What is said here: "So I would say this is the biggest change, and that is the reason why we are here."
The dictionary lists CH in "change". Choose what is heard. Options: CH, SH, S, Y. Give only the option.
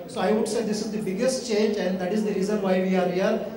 CH